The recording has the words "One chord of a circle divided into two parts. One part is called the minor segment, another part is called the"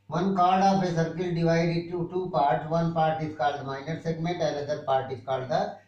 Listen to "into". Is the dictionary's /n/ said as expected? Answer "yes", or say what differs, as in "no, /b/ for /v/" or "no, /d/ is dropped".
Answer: no, /n/ is dropped